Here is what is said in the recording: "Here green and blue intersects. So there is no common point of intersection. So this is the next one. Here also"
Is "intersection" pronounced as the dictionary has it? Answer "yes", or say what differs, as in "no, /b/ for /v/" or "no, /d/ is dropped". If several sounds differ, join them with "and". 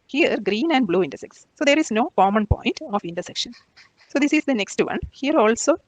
yes